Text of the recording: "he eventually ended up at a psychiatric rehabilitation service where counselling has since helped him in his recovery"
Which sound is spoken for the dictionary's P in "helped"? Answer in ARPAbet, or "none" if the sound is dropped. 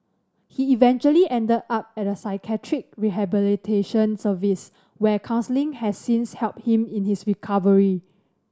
P